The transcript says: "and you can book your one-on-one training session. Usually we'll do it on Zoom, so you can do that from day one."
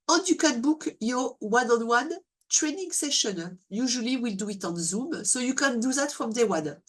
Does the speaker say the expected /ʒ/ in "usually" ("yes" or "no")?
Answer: yes